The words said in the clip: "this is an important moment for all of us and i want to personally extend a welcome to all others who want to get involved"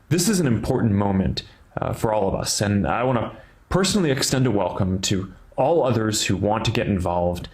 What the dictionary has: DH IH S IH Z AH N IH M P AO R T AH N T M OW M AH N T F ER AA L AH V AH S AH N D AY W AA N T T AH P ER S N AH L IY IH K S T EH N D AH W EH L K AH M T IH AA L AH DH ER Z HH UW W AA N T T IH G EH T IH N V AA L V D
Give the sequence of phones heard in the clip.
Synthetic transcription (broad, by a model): DH IH S IH Z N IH M P AO R T N M OW M AH N T F ER AA L AH V AH S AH N AY W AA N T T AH P ER S N L IY IH K S T EH N D AH W EH L K AH M T IH AA L AH DH ER Z HH UW W AA N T T IH G EH T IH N V AA L V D